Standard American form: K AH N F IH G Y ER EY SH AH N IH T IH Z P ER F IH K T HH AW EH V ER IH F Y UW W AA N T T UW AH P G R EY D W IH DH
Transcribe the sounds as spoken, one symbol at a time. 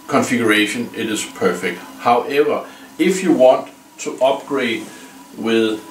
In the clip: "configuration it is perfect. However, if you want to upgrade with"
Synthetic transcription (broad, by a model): K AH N F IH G Y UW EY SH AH N IH T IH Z P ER F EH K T HH AW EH V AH IH F Y UW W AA N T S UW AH B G R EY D W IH DH